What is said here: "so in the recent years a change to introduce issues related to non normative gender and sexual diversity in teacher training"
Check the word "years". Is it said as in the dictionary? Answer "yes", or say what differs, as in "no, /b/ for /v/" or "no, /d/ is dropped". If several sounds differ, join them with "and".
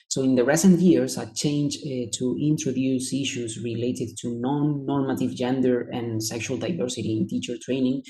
no, /s/ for /z/